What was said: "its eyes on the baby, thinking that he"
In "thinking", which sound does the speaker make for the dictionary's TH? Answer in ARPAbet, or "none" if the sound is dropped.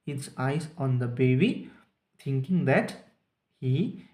T